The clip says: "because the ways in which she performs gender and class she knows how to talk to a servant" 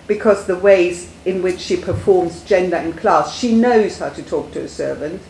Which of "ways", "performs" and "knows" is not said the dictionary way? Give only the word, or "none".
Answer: none